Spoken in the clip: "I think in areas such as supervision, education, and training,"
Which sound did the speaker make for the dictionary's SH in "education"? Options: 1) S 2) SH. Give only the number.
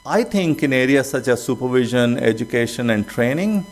2